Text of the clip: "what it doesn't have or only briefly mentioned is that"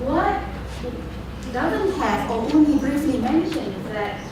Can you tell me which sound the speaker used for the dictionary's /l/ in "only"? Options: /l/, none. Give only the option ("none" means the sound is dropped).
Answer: none